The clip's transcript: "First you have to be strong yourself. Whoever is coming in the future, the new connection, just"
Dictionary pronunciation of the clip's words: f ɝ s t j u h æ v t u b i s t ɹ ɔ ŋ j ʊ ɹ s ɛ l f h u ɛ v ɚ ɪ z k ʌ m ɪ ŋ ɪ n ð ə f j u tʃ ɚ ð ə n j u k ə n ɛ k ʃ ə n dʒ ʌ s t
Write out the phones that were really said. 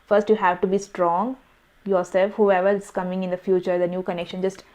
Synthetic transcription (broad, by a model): f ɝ s t j u h æ v t u b i s t ɹ ɔ ŋ j ʊ ɹ s ɛ l f h u ɛ v ɚ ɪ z k ʌ m ɪ ŋ ɪ n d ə f j u tʃ ɚ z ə n j u k ə n ɛ k ʃ ə n dʒ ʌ s t